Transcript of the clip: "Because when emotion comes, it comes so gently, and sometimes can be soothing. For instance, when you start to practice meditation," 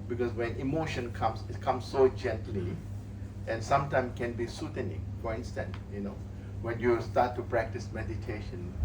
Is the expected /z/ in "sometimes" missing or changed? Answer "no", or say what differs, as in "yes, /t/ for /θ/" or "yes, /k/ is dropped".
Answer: yes, /z/ is dropped